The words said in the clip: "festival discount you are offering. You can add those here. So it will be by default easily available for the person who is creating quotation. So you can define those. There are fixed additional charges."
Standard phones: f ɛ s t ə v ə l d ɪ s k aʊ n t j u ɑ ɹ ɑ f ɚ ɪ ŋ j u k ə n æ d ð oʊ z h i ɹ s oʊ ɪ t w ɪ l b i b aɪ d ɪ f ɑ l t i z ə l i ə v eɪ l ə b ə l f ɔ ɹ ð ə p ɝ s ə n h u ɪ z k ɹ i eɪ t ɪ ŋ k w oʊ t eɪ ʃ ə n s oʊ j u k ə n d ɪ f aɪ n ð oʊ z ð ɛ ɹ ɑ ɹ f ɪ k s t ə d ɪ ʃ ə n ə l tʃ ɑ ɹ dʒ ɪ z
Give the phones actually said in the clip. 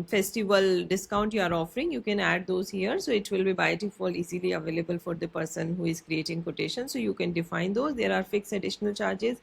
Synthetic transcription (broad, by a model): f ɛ s t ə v ə l d ɪ s k aʊ n t j u ɑ ɹ ɑ f ɚ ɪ ŋ j u k ə n æ d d oʊ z h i ɹ s oʊ ɪ t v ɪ l b i b aɪ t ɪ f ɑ l i z ə l i ə v eɪ l ə b ə l f ɔ ɹ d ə p ɝ s ə n h u ɪ z k ɹ i eɪ t ɪ ŋ k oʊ t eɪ ʃ ə n s oʊ j u k ə n d ɪ f aɪ n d oʊ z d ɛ ɹ ɑ ɹ f ɪ k s ə d ɪ ʃ ə n ə l tʃ ɑ ɹ dʒ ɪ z